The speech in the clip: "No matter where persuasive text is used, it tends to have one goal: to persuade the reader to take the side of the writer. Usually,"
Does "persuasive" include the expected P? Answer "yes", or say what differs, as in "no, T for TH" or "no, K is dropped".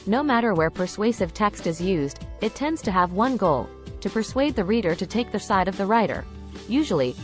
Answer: yes